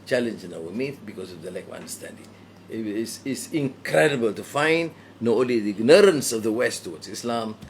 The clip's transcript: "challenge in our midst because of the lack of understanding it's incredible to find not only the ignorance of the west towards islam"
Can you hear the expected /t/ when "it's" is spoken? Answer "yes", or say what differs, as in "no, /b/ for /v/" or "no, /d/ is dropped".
no, /s/ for /t/